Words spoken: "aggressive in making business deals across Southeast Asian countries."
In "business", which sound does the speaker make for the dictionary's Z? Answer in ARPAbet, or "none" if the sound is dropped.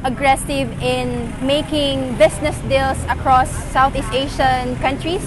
S